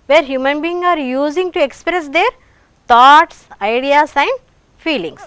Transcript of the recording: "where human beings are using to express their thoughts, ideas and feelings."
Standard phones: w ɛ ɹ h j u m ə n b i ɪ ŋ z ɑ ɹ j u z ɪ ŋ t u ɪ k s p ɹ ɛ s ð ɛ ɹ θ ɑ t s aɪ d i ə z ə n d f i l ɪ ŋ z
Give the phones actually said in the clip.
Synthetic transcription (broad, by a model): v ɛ ɹ h j u m ə n b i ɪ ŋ ɑ ɹ j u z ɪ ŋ t u ɪ k s p ɹ ɛ s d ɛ ɹ t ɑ t s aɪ d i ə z ə n d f i l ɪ ŋ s